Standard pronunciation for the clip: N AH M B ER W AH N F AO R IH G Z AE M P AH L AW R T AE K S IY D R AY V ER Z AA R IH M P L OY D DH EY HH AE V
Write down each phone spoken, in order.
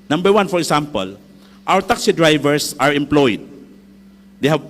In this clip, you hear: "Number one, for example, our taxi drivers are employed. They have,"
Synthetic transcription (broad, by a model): N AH M B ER W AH N F AO R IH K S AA M P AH L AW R T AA K S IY D R AY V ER S AA R IH M P L OY D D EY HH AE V